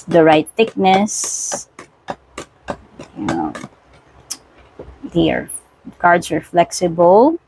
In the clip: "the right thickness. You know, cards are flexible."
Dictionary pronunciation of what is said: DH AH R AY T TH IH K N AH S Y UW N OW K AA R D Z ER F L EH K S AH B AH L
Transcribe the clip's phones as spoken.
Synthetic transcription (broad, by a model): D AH R AY T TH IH K N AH S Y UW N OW K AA R D S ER F L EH K S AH B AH L